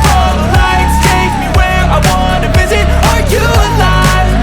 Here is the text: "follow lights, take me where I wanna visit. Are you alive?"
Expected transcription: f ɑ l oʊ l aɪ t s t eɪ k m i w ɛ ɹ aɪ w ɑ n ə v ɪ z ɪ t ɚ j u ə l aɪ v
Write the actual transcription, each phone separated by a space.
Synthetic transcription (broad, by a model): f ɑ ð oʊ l aɪ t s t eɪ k m i w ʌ ɹ aɪ w ɑ n ə v ɪ z ɪ t ɚ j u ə l aɪ